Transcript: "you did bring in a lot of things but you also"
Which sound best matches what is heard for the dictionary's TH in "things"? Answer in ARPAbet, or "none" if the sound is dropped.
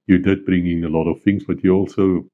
TH